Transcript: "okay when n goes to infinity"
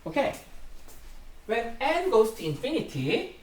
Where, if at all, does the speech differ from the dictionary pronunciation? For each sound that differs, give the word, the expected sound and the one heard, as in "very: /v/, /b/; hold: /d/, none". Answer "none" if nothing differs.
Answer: goes: /z/, /s/